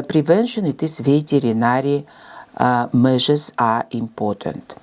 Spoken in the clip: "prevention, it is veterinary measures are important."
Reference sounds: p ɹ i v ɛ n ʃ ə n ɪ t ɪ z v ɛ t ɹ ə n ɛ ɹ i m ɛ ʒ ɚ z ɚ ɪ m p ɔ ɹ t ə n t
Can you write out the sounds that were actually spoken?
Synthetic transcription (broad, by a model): p ɹ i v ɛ n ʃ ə n ɪ t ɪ s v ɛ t ɹ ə n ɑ ɹ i m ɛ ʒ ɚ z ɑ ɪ m p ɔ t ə n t